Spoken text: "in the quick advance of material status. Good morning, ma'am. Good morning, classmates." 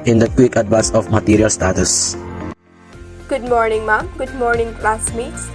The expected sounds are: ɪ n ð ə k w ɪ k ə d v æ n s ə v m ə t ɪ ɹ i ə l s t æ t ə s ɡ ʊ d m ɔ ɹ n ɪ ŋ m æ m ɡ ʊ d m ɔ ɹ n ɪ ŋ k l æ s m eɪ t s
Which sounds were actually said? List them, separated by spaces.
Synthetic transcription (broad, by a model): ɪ n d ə k w ɪ k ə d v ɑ s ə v m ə t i ɹ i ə l s t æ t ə s ɡ ʊ d m ɔ ɹ n ɪ ŋ m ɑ m ɡ ʊ d m ɔ ɹ n ɪ ŋ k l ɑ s m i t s